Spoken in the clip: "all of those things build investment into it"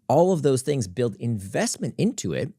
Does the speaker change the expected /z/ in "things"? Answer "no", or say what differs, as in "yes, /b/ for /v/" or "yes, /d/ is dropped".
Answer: no